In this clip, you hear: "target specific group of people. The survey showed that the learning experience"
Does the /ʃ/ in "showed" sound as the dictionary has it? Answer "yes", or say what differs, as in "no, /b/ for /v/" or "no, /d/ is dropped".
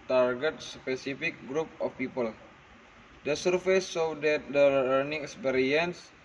no, /s/ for /ʃ/